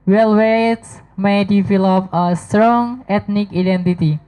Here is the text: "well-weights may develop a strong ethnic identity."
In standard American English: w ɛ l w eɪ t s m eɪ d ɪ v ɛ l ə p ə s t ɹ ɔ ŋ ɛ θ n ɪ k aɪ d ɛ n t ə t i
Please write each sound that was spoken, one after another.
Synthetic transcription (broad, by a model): w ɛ l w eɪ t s m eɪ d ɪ f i l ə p ə s t ɹ ɔ ŋ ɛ t n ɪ k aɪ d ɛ n t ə t i